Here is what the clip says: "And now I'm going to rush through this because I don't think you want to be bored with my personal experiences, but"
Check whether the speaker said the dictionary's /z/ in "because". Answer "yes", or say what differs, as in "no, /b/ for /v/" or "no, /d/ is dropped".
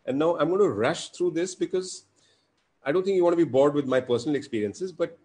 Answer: yes